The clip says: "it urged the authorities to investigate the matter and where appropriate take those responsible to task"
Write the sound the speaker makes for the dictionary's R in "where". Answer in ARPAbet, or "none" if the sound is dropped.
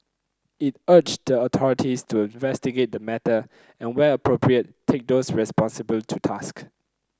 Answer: L